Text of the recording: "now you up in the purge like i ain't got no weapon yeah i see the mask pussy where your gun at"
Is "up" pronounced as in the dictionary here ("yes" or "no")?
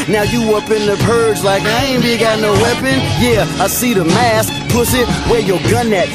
yes